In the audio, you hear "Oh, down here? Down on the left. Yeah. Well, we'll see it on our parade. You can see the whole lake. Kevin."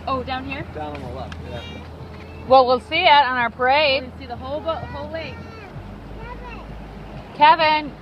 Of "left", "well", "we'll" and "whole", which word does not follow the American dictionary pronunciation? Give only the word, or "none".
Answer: left